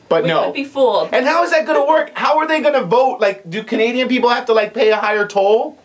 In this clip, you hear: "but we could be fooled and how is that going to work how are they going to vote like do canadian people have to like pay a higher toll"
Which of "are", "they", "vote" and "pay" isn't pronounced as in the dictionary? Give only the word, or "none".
none